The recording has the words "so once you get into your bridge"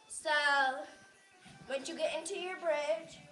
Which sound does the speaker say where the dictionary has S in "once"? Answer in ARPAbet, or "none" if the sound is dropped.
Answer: none